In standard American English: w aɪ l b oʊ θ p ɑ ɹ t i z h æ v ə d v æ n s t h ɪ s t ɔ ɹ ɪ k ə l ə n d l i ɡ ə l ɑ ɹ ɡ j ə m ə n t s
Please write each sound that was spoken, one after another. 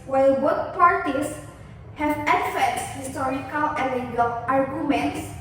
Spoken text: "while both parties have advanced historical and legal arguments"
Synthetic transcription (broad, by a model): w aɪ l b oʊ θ p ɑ ɹ t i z h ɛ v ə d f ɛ s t h ɪ s t ɔ ɹ ɪ k ə l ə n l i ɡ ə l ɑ ɹ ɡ j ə m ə n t s